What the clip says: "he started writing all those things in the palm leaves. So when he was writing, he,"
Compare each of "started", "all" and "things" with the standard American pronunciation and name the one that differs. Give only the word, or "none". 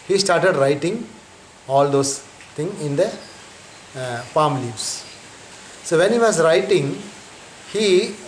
things